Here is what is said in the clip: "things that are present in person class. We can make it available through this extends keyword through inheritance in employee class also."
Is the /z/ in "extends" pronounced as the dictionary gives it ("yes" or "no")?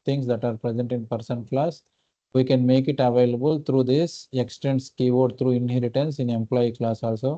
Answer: no